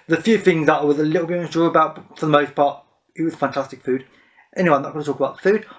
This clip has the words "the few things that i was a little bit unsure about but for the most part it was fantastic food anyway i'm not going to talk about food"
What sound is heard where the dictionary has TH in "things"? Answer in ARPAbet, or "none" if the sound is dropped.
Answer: TH